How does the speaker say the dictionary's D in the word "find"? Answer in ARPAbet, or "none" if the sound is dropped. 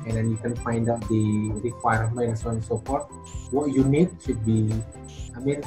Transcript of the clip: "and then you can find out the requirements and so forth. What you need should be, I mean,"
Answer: D